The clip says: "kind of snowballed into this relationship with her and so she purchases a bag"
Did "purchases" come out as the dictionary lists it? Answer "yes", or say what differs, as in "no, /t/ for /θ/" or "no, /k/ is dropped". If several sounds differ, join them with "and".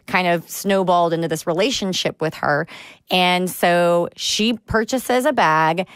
yes